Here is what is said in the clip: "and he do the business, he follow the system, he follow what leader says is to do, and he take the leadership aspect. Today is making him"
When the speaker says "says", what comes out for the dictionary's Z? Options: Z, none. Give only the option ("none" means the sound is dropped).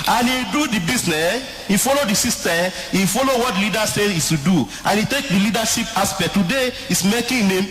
none